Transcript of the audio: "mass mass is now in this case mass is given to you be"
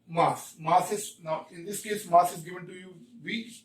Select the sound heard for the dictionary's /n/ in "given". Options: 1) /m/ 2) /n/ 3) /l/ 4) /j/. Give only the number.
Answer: 2